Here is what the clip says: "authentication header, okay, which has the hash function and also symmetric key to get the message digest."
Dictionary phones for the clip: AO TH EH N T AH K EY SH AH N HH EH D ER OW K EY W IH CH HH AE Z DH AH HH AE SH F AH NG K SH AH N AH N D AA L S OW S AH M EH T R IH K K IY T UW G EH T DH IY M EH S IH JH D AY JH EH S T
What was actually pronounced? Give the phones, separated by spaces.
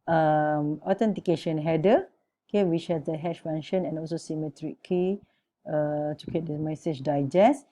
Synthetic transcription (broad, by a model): AO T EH N T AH K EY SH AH N HH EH D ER OW K EY W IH CH HH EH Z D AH HH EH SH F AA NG SH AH N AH N AA L S OW S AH M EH T R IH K K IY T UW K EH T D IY M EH S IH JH D AY JH EH S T